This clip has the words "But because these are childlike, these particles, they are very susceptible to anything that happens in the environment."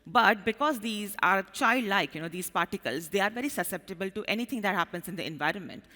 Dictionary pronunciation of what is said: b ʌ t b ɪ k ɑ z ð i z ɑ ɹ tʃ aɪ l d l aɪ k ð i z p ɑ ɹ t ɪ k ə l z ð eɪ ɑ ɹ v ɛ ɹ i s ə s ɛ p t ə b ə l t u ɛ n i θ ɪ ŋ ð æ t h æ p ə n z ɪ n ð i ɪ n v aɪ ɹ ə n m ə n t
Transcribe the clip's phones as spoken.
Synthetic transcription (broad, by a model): b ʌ t b ɪ k ɑ z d i z ɑ ɹ tʃ aɪ l d l aɪ k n i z p ɑ ɹ t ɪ k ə l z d eɪ ɑ ɹ v ɛ ɹ i s ə s ɛ p t ə b ə l t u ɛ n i t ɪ ŋ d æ t h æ p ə n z ɪ n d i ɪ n v aɪ ɹ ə n m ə n t